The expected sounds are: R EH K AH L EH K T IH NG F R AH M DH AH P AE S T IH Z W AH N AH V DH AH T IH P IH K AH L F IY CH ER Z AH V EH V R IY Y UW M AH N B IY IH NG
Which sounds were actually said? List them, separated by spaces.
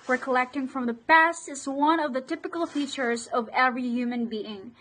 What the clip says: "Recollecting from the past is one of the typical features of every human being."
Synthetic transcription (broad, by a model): R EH K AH L EH K T IH NG F R AH M DH AH P AE S T IH Z W AH N AH V DH AH T IH P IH K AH L F IY CH ER Z AH V EH V R IY Y UW M AH N B IY IH NG